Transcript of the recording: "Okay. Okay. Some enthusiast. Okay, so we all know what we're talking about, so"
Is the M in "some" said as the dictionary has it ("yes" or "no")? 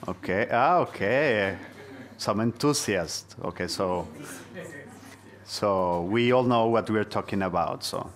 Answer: yes